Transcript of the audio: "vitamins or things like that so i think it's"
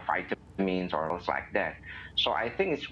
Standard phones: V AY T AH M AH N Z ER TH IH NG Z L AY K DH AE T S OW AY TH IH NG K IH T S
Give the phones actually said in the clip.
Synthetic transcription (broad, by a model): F AY T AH M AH N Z ER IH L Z L AY K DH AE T S OW AY TH IH NG K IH T S